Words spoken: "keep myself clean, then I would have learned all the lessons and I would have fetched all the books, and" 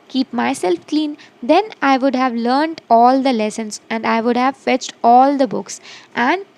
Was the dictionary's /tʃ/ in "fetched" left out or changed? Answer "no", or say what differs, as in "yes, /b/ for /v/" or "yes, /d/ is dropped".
no